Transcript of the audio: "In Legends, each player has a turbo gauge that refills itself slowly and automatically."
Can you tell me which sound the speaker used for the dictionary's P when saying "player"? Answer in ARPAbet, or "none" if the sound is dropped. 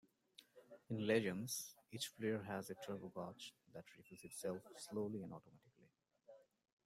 F